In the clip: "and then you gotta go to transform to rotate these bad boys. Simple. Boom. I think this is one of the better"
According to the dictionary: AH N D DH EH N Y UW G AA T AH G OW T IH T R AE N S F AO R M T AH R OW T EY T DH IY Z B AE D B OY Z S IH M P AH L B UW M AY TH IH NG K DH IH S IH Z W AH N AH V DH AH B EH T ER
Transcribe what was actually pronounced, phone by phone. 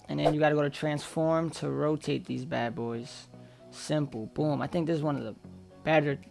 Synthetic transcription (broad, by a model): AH N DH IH N Y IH G AA T AH G OW T IH T R AE N S F AO R M T AH R OW T EY T DH IY Z B AE D B OY Z S IH M P L B UW M AY TH IH NG K DH IH S Z W AH N AH V DH AH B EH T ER